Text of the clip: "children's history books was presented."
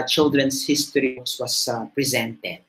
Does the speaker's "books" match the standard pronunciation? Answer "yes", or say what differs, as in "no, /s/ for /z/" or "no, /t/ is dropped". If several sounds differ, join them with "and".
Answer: no, /k/ is dropped